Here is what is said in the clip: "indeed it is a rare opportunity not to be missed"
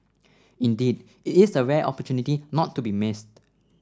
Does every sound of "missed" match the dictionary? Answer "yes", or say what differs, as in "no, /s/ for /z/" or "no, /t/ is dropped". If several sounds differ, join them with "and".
yes